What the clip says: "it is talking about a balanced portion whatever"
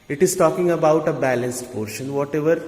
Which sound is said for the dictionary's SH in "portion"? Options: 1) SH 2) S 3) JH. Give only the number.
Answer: 1